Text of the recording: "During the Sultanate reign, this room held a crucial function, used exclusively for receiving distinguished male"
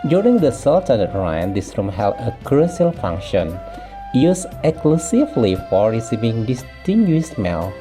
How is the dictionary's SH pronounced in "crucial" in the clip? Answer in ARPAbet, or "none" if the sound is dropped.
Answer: S